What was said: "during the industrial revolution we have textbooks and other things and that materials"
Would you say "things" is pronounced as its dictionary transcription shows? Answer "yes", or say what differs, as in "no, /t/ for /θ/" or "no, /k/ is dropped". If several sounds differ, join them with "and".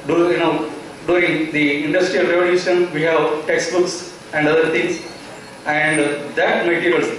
no, /t/ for /θ/